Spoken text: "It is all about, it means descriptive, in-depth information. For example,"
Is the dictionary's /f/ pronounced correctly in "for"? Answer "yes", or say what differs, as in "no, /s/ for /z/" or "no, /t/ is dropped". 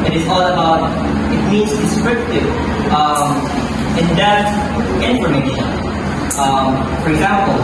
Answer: yes